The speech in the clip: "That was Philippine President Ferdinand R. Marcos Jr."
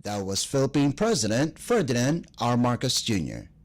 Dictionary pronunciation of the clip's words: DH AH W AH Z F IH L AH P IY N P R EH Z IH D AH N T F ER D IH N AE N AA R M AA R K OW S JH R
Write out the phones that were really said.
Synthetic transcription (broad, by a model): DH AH W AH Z F IH L AH P IY N P R EH Z IH D AH N T F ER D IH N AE N AA R M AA R K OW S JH R